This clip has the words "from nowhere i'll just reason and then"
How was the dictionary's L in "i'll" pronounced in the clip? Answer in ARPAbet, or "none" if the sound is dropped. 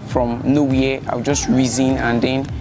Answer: W